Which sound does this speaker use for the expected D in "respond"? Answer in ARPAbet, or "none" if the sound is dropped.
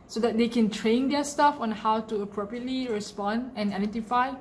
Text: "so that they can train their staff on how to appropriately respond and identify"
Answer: D